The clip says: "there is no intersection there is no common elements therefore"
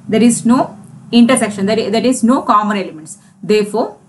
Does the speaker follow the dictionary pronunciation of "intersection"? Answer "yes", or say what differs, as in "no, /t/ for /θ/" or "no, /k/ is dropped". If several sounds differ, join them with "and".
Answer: yes